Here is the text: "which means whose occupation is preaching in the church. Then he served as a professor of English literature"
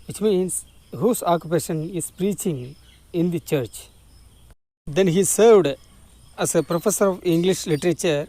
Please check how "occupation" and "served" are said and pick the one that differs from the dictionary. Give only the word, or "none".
none